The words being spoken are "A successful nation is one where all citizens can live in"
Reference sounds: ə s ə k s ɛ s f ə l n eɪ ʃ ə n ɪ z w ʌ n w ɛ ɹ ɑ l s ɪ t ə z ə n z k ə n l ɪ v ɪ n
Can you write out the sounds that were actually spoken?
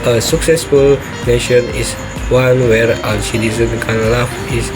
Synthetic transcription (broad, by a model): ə s ə k s ɛ s f ə l n eɪ ʃ ə n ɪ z w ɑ n w ɛ ɹ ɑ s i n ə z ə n k ə n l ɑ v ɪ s